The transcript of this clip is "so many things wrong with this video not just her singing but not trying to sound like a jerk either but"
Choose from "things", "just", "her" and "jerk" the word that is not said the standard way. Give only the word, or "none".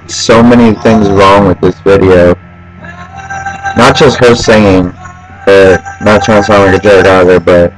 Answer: jerk